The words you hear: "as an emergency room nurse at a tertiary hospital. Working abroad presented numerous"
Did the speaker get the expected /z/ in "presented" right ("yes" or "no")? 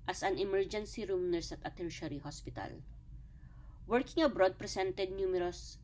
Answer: no